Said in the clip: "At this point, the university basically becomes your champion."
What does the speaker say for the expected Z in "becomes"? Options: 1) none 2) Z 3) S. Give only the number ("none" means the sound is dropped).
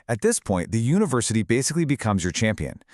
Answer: 2